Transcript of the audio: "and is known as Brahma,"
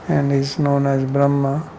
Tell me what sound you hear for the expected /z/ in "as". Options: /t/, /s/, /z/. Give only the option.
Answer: /z/